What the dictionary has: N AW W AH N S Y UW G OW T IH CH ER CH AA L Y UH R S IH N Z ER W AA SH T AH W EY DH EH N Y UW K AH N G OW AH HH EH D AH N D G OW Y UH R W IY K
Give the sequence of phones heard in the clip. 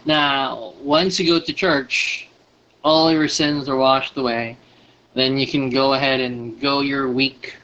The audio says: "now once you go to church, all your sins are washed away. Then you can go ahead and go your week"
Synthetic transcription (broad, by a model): N AW W AH N S Y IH G OW T IH CH ER CH AA L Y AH R S IH N Z ER W AA SH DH AH W EY DH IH N Y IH K AH N G OW AH HH EH D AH N G OW Y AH R W IY K